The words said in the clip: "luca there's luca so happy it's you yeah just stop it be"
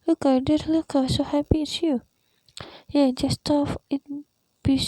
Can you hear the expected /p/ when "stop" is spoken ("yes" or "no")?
no